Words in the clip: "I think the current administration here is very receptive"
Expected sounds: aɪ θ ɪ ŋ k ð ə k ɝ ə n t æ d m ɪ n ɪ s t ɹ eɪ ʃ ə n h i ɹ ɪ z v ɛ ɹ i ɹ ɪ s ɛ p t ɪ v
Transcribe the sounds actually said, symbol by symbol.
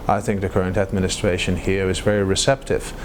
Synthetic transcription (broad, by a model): aɪ θ ɪ ŋ k ð ə k ɝ ə n t æ d m ɪ n ɪ s t ɹ eɪ ʃ ə n h i ɹ ɪ z v ɛ ɹ i ɹ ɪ s ɛ p t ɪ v